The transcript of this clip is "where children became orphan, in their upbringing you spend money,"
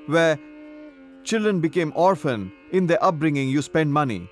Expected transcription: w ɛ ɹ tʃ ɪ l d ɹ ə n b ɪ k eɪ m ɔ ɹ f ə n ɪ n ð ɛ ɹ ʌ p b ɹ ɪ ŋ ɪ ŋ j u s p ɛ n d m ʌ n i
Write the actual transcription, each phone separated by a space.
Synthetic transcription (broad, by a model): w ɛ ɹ tʃ ɪ l d ɹ ə n b ɪ k eɪ m ɔ ɹ f ə n ɪ n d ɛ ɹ ʌ p b ɹ ɪ ŋ ɪ ŋ j u s p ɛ n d m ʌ n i